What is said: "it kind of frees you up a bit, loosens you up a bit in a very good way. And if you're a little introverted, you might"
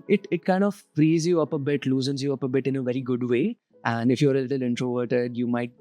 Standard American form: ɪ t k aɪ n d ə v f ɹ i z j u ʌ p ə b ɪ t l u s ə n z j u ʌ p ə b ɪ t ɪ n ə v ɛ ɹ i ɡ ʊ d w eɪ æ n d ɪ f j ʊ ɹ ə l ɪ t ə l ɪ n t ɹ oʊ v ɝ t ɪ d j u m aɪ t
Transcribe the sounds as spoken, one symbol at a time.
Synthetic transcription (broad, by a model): ɪ t k aɪ n d ə v f ɹ i z j u ʌ p ə b ɪ t l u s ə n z j u ʌ p ə b ɪ t ɪ n ə v ɛ ɹ i ɡ ʊ d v eɪ æ n d ɪ f j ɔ ɹ ə l ɪ t ə l ɪ n t ɹ oʊ v ɝ t ɪ d j u m aɪ t